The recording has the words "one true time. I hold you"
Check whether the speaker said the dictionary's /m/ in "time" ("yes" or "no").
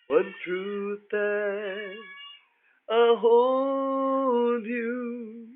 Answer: no